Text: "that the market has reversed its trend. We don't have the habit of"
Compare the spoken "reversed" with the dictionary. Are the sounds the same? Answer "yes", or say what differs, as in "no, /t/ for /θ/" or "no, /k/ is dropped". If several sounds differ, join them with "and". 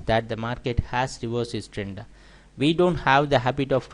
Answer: no, /t/ is dropped